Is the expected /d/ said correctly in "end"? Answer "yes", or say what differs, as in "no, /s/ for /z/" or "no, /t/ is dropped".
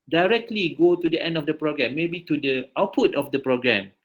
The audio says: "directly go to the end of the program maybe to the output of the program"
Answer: yes